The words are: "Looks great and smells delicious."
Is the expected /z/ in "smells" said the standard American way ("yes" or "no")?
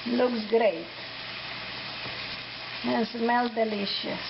no